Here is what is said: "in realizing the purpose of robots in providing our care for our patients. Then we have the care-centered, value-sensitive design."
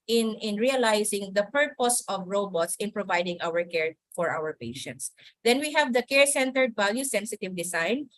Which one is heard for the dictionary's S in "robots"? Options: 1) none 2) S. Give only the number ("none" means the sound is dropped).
2